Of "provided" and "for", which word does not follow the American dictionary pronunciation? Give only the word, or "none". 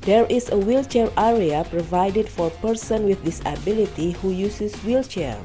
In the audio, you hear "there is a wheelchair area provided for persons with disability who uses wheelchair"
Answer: none